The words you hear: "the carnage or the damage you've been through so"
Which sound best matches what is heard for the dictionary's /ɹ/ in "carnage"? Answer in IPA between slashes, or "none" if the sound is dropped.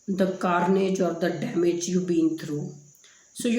/ɹ/